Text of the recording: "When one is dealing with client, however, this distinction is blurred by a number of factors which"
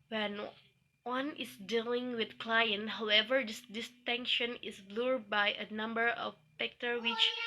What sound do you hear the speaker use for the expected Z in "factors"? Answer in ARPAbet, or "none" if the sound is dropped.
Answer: none